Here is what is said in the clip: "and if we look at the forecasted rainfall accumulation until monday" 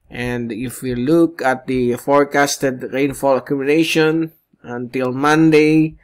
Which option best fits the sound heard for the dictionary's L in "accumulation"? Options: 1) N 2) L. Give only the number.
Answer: 1